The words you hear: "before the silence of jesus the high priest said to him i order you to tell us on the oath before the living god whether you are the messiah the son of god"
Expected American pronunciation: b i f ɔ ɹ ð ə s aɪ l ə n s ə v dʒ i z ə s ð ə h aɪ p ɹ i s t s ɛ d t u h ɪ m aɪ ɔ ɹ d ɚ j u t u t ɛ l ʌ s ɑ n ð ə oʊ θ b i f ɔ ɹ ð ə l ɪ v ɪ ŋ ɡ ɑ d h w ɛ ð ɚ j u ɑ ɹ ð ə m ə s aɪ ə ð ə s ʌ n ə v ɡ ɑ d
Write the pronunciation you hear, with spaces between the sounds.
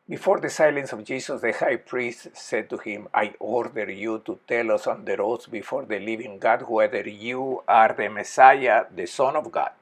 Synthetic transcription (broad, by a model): b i f ɔ ɹ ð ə s aɪ l ə n s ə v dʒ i s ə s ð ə h aɪ p ɹ i s t s ɛ d t u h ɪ m aɪ ɔ ɹ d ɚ j u t u t ɛ l ʌ s ɑ n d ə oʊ s b i f ɔ ɹ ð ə l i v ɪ ŋ ɡ ɑ d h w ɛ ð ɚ j u ɑ ɹ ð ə m ə s aɪ ə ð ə s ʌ n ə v ɡ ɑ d